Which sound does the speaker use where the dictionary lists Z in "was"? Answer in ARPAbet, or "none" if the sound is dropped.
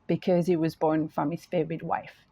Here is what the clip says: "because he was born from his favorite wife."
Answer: Z